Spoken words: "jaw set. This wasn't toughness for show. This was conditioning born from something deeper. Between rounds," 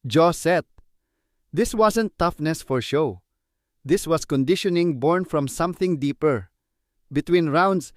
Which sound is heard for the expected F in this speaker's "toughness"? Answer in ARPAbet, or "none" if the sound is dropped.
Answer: F